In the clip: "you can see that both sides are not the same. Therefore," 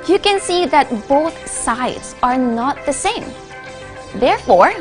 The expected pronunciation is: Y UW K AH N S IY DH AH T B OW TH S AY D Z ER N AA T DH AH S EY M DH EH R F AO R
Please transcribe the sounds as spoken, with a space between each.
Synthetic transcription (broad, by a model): Y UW K AH N S IY DH AH T B OW TH S AY D Z ER N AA T DH AH S EY M DH EH R F AO R